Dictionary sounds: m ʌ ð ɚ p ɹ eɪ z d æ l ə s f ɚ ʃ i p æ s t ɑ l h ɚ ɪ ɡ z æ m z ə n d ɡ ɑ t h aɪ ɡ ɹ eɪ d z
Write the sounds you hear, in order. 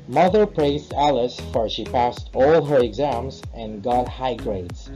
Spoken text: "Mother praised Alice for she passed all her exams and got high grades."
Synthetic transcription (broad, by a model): m ʌ ð ɚ p ɹ eɪ z d æ l ə s f ɚ ʃ i p æ s t ɑ l h ɚ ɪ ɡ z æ m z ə n ɡ ɑ t h aɪ ɡ ɹ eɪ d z